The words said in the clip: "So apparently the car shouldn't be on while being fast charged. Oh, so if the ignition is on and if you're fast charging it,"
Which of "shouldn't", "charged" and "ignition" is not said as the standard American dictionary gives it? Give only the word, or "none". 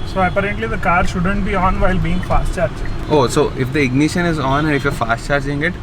charged